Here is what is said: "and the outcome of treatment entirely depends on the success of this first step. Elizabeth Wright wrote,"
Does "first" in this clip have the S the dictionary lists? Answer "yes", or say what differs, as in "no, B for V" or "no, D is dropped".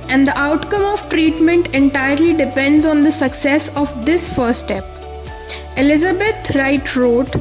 no, S is dropped